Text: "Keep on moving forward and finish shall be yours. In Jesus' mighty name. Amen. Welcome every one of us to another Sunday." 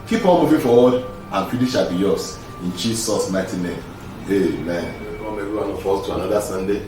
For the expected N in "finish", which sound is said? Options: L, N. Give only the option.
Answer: L